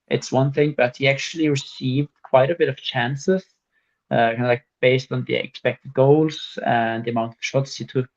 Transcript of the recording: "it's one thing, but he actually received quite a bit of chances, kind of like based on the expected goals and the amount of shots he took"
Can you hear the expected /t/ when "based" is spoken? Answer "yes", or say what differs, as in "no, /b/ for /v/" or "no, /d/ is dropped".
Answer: yes